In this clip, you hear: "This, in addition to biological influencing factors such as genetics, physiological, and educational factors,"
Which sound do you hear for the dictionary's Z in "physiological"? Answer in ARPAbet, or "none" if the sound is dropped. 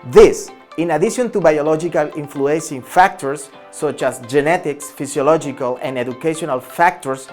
S